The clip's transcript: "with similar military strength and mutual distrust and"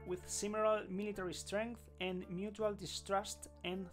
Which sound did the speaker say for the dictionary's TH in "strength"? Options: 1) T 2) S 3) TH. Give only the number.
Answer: 3